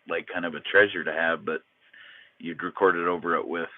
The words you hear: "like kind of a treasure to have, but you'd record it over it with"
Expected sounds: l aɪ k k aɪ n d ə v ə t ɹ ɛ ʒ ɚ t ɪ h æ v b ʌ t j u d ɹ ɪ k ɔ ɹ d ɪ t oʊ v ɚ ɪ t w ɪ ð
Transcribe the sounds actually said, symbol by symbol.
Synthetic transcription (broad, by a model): l aɪ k k aɪ n d ə v ə t ɹ ɛ ʒ ɚ t ɪ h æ v b ʌ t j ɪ d ɹ ɪ k ɔ ɹ d ɪ t oʊ v ɚ ɪ t w ɪ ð